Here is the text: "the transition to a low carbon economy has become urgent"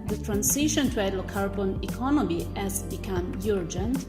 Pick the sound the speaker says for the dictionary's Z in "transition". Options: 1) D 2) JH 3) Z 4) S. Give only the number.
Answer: 4